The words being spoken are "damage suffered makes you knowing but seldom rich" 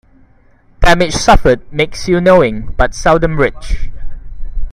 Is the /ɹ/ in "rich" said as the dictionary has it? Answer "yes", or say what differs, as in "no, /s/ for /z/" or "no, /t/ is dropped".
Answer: yes